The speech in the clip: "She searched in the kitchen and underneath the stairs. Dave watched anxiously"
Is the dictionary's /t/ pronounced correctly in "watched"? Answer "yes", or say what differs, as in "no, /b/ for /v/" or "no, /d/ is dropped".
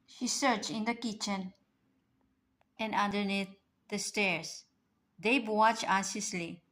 no, /t/ is dropped